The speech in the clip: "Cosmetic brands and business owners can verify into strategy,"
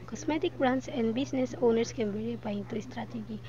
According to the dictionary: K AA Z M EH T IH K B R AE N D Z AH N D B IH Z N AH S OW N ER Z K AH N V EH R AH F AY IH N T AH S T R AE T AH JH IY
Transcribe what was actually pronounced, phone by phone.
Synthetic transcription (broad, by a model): K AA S M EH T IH K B R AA N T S AH N D B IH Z N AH S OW N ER S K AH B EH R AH P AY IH T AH S T R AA T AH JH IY